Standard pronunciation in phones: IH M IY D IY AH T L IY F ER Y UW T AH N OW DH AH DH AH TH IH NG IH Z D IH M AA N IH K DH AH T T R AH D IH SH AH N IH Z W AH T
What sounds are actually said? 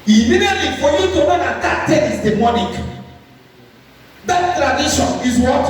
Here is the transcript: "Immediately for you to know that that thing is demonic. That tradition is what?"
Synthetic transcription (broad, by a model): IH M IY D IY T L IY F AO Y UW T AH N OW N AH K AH T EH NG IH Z D IH M AA N IH K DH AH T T R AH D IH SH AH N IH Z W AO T